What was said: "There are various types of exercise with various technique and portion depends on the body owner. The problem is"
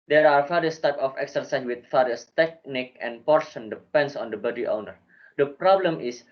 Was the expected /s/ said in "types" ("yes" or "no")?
no